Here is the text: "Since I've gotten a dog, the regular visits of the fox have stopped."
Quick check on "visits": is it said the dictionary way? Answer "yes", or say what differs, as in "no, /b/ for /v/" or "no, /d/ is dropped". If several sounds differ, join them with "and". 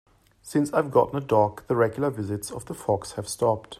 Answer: yes